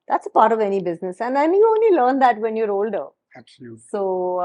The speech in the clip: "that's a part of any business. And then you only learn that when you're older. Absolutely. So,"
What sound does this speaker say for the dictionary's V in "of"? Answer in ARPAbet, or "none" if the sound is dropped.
V